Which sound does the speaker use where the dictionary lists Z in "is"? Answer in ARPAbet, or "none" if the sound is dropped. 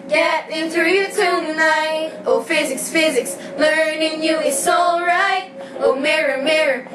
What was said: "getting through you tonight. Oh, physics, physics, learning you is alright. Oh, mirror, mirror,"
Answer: S